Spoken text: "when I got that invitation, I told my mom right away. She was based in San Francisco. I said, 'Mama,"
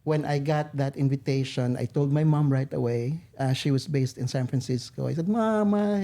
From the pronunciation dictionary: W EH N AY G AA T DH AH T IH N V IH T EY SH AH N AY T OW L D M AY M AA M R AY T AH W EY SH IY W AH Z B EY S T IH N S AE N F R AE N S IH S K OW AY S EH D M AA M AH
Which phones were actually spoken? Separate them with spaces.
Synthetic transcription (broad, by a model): W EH N AY G AA T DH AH T IH N V IH T EY SH AH N AY T OW L D M AY M AA M R AY T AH W EY SH IY W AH S B EY S T IH N S AE N F R AE N S IH S K OW AY S EH D M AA M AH